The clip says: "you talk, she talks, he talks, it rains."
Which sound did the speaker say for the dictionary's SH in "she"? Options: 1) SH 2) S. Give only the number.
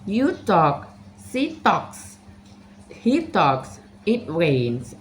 2